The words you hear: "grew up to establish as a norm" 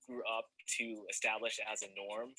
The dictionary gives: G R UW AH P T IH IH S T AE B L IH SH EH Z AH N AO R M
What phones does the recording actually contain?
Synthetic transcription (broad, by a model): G R UW AH P T IH IH S T AE B L IH SH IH Z AH N AO R M